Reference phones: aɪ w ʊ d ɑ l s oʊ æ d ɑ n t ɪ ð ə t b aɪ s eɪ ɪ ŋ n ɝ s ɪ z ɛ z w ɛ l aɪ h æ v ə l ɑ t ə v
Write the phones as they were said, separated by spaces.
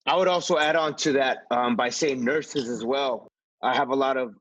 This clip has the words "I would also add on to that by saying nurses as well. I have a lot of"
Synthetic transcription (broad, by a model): aɪ w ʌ d ɑ l s oʊ æ d n t ɪ ð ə t b aɪ s eɪ ɪ ŋ n ɝ s ɪ z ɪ z w ɛ l aɪ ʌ v ə l ɑ t ə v